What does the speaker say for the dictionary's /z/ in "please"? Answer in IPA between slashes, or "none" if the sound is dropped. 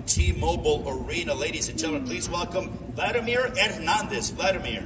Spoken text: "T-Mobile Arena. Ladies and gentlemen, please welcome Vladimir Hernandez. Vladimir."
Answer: /z/